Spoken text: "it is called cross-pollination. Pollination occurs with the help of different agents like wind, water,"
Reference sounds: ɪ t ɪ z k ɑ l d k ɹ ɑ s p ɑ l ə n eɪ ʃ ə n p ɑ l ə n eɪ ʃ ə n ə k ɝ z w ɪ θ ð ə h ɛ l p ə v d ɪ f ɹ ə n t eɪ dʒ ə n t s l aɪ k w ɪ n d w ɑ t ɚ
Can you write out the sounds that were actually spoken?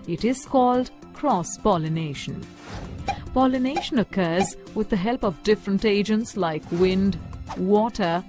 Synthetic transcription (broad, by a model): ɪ t ɪ z k ɑ l d k ɹ ɑ s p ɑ l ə n eɪ ʃ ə n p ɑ l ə n eɪ ʃ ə n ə k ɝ z w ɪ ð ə h ɛ l p ə v d ɪ f ɹ ə n t eɪ dʒ ə n t s l aɪ k w ɪ n d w ɑ t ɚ